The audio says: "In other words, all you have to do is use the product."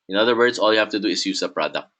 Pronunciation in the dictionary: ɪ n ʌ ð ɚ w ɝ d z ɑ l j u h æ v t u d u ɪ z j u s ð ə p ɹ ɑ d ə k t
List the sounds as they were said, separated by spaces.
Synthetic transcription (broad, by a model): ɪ n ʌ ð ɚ w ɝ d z ɑ l j u h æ f t u d u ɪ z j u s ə p ɹ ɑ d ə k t